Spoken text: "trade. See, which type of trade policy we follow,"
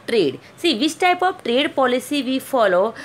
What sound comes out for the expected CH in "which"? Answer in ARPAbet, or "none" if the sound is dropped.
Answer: S